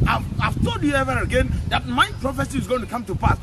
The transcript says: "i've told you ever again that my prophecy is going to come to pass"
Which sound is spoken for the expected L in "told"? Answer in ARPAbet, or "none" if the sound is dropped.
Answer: none